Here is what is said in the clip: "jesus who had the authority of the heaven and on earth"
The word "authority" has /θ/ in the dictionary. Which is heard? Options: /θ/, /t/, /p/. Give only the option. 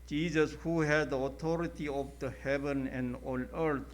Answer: /t/